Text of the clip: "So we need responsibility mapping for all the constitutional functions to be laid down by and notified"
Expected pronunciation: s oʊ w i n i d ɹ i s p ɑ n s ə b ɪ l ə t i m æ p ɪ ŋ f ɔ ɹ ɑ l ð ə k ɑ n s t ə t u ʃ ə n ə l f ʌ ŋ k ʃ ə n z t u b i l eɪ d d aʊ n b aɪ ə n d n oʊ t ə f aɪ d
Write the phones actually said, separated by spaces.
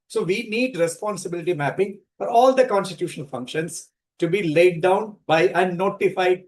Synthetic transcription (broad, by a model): s oʊ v i n i d ɹ i s p ɑ n s ə b ɪ l ə t i m æ p ɪ ŋ f ɔ ɹ ɑ l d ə k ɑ n s t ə t u ʃ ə n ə l f ʌ ŋ k ʃ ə n s t u b i l eɪ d d aʊ n b aɪ ə n d n oʊ t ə f aɪ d